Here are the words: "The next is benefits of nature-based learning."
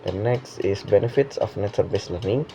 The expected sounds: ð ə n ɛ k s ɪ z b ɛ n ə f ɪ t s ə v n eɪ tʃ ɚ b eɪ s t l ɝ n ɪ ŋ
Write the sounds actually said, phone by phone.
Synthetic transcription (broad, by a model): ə n ɛ k s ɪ s b ɛ n ə f ɪ t s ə f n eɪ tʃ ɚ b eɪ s l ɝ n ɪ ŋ